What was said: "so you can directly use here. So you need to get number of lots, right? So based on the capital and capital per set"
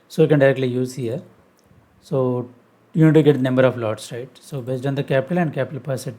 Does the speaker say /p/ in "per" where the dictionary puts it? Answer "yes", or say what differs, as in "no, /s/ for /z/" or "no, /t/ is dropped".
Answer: yes